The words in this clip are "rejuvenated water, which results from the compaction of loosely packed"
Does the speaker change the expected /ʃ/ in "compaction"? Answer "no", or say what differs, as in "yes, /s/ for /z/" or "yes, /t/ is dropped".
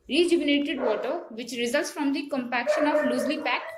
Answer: no